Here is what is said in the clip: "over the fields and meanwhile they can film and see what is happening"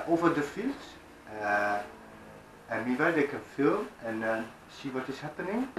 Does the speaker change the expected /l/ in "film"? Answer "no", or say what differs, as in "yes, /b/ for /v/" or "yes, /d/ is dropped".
no